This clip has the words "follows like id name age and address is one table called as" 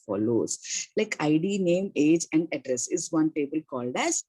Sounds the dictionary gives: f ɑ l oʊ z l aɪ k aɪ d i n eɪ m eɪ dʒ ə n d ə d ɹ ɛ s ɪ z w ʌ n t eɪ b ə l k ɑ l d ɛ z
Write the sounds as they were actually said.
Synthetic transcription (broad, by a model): f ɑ l oʊ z l aɪ k aɪ d i n eɪ m eɪ dʒ ə n d ə d ɹ ɛ s ɪ z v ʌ n t eɪ b ə l k ɑ l d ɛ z